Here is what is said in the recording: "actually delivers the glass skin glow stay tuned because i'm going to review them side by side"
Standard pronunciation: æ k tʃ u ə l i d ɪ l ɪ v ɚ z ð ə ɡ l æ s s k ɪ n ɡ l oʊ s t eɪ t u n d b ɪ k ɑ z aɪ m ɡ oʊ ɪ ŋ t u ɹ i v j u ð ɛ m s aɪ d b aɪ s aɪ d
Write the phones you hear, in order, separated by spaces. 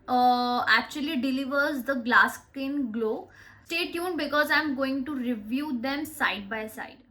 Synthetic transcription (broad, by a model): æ k tʃ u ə l i d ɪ l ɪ v ɚ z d ə ɡ l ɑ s s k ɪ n ɡ l oʊ s t eɪ t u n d b ɪ k ɑ z aɪ m ɡ oʊ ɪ ŋ t u ɹ i v j u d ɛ m s aɪ d b aɪ s aɪ d